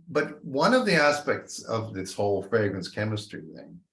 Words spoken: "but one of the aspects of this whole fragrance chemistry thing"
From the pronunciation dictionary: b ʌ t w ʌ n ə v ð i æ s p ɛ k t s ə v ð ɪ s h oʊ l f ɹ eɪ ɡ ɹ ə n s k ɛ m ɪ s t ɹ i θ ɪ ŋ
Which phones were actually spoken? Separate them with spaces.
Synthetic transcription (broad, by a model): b ʌ t w ʌ n ə v ð i æ s p ɛ k t s ə v ð ɪ s h oʊ l f ɹ eɪ ɡ ɹ ə n s k ɛ m ɪ s t ɹ i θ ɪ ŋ